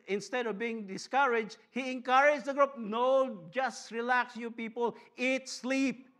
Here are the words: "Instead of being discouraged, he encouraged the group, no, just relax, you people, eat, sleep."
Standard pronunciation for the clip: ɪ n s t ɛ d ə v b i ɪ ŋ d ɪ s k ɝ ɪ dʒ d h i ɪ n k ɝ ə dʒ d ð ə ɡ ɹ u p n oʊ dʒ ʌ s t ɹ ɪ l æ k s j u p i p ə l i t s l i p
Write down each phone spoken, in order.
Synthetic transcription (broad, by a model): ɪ n s t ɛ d ə v b i ɪ ŋ d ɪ s k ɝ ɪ dʒ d h i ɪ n k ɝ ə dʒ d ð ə ɡ ɹ u p n oʊ dʒ ʌ s t ɹ ɪ l æ k s j u p i p ə l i t s l i p